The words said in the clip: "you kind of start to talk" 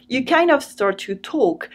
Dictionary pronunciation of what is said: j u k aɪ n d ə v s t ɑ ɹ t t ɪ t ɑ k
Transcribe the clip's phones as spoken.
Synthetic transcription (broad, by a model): j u k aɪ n ə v s t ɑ ɹ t t ɪ t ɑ k